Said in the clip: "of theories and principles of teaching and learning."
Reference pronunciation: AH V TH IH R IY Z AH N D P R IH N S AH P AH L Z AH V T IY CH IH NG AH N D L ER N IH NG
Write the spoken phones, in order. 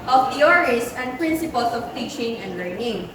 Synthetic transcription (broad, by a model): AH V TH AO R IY S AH N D P R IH N S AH P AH L S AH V T IY CH IH NG AH N D L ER N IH NG